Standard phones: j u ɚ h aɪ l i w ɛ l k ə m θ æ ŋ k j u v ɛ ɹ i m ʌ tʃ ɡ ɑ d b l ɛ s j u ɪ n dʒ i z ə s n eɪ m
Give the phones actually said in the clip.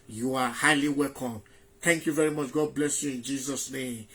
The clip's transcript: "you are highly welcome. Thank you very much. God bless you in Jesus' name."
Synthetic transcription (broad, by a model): j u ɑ h aɪ l i w ɛ l k ə m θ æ ŋ k j u v ɛ ɹ i m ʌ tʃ ɡ ɑ d b l ɛ s j u ɪ n dʒ i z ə s n eɪ m